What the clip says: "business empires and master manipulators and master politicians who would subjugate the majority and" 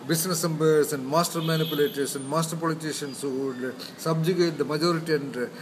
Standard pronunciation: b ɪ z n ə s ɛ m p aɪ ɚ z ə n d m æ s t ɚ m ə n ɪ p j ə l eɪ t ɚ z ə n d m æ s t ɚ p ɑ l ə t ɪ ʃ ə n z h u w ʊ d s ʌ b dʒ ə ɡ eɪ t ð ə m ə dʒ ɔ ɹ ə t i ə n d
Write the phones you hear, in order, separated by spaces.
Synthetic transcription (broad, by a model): b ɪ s n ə s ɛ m b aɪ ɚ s ə n d m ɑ s t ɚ m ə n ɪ p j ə l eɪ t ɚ s ə n d m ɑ s t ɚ p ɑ l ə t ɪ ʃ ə n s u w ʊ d s ʌ b dʒ ə ɡ eɪ t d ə m ə dʒ ɔ ɹ ə t i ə n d